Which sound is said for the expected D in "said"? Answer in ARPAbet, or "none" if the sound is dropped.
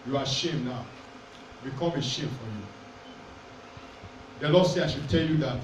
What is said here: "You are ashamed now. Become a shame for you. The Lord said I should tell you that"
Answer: none